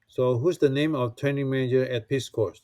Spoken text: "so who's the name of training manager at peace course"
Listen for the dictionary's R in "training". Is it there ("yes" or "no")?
yes